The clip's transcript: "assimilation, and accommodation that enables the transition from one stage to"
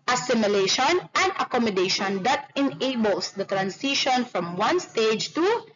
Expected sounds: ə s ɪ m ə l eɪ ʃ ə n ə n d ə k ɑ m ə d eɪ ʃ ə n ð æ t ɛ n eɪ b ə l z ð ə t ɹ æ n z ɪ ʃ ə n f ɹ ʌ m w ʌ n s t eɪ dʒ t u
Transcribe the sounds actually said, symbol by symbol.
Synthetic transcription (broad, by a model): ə s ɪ m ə l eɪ ʃ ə n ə n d ə k ɑ m ə d eɪ ʃ ə n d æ t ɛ n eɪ b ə l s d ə t ɹ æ n s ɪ ʃ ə n f ɹ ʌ m w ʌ n s t eɪ dʒ t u